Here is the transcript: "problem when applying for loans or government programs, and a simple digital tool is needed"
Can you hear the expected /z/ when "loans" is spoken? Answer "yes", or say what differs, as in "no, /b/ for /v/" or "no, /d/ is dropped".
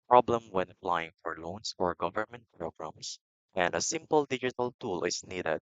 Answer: no, /s/ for /z/